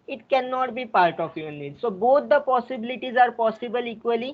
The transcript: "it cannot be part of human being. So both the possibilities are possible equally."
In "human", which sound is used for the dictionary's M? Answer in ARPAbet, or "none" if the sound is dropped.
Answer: none